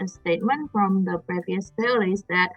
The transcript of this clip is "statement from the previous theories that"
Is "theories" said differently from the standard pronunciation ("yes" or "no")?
yes